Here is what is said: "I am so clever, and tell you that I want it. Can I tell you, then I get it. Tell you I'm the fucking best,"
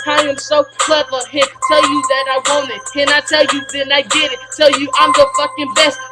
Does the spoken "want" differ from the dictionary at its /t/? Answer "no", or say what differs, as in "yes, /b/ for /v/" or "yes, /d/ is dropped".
yes, /t/ is dropped